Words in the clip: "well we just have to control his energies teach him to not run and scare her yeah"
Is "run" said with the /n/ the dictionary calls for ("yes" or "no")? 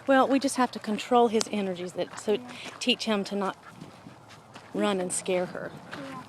yes